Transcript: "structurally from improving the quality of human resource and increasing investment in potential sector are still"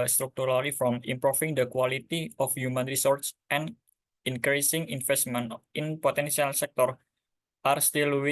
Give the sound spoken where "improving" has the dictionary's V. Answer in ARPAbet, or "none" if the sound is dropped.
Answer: F